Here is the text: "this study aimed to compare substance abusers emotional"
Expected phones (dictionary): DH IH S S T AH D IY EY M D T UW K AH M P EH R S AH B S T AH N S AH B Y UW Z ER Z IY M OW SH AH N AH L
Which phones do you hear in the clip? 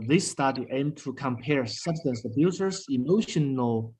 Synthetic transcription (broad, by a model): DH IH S S T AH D IY EY M T UW K AH M P EH R S AH B S T AH N S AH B Y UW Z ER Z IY M OW SH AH N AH L